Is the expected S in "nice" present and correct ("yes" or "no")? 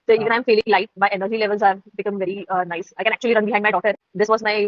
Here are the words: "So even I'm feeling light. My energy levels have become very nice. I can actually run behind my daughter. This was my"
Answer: yes